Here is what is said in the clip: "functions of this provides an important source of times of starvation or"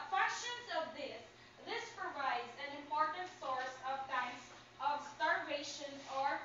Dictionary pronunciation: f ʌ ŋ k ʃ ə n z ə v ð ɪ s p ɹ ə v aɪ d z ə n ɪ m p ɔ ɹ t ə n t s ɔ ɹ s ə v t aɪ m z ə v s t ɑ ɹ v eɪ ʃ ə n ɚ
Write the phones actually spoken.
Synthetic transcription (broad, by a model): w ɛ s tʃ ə n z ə v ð ɪ s p ɹ ə v aɪ d z ə n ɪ m p ɔ ɹ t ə n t s ɔ ɹ s ə v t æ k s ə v s t ɑ ɹ v eɪ ʃ ə n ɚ